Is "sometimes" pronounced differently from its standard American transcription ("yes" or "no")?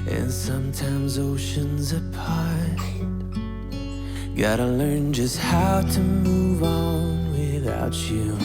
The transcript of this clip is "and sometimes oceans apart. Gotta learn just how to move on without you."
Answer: no